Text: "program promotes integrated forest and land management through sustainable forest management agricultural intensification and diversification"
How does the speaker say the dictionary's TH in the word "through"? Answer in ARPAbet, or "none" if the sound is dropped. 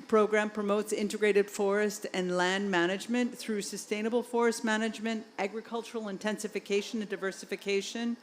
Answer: TH